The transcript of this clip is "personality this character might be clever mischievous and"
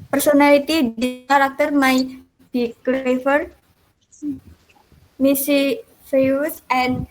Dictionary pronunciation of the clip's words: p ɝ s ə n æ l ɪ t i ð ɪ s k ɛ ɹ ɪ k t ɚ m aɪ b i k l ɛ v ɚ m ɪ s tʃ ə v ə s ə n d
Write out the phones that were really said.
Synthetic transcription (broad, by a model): p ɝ s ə n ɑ l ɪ t i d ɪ k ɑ ɹ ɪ k t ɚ m aɪ b i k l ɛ f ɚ m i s ə f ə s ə n